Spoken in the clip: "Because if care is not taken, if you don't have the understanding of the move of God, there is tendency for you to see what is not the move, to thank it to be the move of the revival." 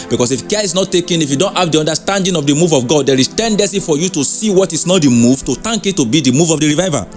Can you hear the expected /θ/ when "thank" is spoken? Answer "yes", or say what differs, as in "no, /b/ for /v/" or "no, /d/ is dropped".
no, /t/ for /θ/